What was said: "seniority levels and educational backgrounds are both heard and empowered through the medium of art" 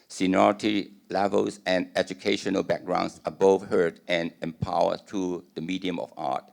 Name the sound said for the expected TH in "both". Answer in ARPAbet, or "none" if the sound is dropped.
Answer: F